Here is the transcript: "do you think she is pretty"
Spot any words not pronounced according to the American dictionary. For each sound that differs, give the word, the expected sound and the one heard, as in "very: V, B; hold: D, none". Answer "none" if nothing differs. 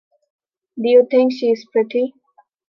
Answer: think: TH, T